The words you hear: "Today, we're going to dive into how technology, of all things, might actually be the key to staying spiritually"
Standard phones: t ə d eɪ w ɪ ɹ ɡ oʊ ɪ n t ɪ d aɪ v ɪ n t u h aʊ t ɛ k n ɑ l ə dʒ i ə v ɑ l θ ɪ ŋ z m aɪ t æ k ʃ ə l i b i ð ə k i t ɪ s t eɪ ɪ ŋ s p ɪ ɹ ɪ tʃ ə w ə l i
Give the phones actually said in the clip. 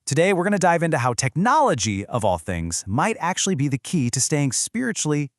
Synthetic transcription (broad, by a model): t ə d eɪ w ɪ ɹ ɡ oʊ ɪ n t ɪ d aɪ v ɪ n t u h aʊ t ɛ k n ɑ l ə dʒ i ə v ɑ l θ ɪ ŋ z m aɪ t æ k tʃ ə l i b i ð ə k i t ɪ s t eɪ ɪ ŋ s p ɪ ɹ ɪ tʃ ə l i